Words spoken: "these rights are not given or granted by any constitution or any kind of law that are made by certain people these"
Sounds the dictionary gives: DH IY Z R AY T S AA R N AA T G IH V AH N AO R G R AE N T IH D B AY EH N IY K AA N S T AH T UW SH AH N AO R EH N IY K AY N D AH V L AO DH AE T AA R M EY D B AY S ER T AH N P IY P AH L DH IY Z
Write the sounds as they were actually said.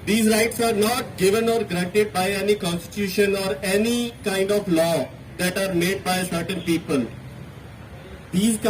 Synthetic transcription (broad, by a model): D IY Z R AY T S AA R N AA T G IH V AH N AO R G R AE N T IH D B AY EH N IY K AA N S T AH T UW SH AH N AO R EH N IY K AY N D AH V L AO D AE T AA R M EY D B AY S ER T AH N P IY P AH L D IY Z